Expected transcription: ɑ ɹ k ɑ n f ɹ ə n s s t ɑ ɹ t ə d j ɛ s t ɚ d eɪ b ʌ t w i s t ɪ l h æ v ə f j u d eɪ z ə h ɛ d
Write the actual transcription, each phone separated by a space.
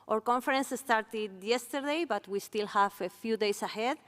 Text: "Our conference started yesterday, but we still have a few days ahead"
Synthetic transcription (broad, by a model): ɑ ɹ k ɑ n f ɹ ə n s s t ɑ ɹ t ə d j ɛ s t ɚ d eɪ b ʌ t w i s t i l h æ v ə f j u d eɪ s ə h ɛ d